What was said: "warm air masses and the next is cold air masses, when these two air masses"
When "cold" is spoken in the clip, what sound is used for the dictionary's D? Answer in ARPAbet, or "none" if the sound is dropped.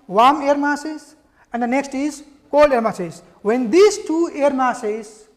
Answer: none